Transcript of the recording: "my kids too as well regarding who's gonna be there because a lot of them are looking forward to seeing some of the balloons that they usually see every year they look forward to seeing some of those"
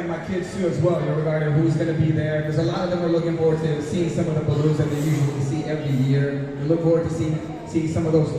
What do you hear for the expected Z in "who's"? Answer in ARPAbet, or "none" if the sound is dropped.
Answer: Z